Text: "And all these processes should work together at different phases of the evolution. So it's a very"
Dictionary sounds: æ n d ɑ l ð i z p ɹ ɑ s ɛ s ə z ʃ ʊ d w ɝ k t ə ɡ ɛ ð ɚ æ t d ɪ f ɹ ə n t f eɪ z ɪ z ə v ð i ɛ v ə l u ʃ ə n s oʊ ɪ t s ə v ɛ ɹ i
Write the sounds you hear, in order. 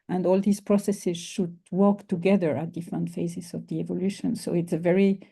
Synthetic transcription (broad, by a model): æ n d ɑ l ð i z p ɹ ɑ s ɛ s ə z ʃ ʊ d w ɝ k t ə ɡ ɛ ð ɚ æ t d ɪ f ə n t f eɪ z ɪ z ə v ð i ɛ v ə l u ʃ ə n s oʊ ɪ t s ə v ɛ ɹ i